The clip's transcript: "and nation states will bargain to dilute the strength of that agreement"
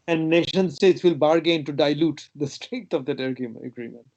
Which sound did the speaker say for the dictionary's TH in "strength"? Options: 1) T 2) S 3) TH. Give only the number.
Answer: 1